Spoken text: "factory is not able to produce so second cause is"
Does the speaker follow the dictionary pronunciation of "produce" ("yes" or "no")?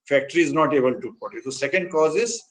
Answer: no